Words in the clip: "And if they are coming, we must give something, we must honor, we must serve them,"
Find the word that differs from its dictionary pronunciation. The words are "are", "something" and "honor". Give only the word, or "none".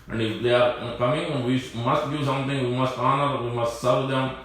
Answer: something